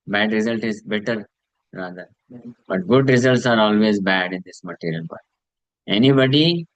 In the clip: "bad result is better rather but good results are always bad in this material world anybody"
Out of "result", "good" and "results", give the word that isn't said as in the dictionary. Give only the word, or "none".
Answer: none